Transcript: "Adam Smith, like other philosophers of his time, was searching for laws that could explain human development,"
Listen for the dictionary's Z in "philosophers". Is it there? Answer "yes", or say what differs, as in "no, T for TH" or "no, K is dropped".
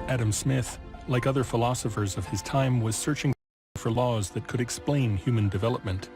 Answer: yes